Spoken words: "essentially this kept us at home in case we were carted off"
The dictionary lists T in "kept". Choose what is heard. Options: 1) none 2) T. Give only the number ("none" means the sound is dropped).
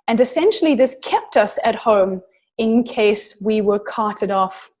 2